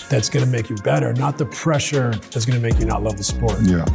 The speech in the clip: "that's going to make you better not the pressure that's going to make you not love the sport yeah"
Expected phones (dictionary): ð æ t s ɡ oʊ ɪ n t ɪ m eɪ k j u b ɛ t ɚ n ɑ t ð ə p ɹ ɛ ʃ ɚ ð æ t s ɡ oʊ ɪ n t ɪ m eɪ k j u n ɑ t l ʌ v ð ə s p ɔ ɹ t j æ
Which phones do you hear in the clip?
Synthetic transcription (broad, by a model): ð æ t s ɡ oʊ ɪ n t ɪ m eɪ k j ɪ b ɛ t ɚ n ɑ t ð ə p ɹ ɛ ʃ ɚ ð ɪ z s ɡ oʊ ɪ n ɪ m eɪ k j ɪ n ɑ t l ʌ v ð ə s p ɔ ɹ t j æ